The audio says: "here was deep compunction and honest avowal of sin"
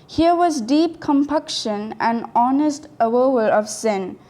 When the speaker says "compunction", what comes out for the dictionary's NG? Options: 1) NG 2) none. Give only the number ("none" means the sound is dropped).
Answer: 2